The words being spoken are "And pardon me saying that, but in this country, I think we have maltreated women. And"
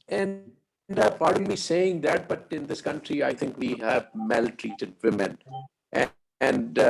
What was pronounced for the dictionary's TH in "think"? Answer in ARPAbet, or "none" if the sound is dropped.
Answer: T